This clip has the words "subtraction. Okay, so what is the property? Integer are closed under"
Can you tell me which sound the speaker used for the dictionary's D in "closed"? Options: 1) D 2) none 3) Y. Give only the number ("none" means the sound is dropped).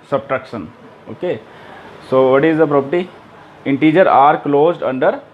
1